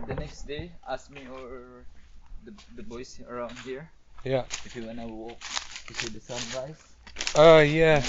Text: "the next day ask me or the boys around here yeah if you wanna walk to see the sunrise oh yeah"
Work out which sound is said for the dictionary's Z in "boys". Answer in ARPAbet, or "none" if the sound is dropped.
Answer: S